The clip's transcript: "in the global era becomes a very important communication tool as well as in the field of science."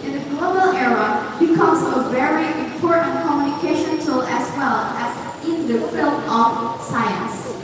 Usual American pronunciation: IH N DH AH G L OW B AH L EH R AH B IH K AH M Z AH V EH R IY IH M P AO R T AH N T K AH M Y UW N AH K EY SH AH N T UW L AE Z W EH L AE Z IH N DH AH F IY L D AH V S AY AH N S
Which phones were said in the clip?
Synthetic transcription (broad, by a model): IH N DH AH G L OW B AH L EH R AH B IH K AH M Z AH V EH R IY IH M P AO R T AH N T K AH M Y UW N AH K EY SH AH N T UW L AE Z W EH L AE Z IH N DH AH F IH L AH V S AY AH N S